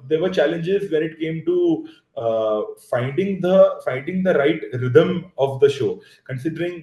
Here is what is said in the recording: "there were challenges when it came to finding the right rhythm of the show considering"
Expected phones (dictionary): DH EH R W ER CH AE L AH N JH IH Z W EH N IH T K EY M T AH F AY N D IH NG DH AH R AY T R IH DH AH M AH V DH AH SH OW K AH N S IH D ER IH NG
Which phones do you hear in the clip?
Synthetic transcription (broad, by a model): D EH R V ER CH AE L AH N JH IH Z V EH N IH T K EY M T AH F AY N D IH NG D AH R AY T R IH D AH M AH V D AH SH OW K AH N S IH D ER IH NG